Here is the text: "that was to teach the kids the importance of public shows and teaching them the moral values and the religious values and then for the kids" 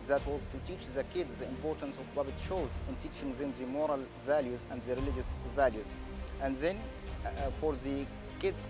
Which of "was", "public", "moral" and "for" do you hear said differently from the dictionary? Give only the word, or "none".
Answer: public